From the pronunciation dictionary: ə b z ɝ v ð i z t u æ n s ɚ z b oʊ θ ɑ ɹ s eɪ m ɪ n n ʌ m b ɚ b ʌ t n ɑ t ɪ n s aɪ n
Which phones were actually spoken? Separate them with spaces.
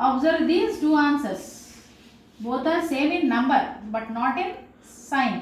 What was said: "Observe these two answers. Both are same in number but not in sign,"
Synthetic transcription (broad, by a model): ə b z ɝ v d i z t u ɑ n s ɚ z b oʊ t ɑ ɹ s eɪ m ɪ n n ʌ m b ɚ b ʌ t n ɑ t ɪ n s aɪ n